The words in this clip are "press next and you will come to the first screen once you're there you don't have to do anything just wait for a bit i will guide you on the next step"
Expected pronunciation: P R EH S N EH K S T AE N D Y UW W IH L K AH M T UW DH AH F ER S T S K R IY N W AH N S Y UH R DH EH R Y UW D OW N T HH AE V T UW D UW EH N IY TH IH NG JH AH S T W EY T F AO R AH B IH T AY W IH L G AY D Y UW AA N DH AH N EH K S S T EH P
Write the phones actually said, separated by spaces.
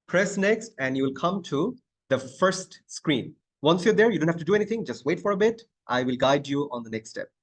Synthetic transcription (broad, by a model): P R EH S N EH K S T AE N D Y UW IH L K AH M T UW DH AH F ER S T S K R IY N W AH N S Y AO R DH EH R Y UW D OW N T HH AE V T UW D UW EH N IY T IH NG JH AH S T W EY T F AO R AH B IH T AY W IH L G AY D Y UW AA N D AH N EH K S S T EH P